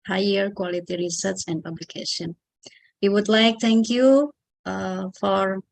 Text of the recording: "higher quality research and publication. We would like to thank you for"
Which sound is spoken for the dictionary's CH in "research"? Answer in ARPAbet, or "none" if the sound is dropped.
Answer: S